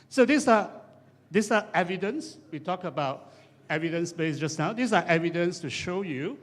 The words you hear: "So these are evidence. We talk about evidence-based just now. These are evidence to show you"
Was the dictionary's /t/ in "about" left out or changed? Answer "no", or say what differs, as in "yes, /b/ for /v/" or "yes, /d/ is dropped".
no